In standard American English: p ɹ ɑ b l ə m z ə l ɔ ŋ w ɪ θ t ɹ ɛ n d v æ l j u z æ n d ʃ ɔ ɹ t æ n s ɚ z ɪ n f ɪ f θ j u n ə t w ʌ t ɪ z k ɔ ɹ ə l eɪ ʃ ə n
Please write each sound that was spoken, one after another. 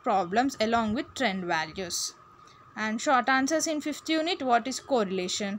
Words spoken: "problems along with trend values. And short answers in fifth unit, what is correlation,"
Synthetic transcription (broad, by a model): p ɹ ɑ b l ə m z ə l ɔ ŋ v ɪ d t ɹ ɛ n d v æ l j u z æ n d ʃ ɔ ɹ t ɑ n s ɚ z ɪ n f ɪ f t j u n ə t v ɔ t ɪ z k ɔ ɹ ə l eɪ ʃ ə n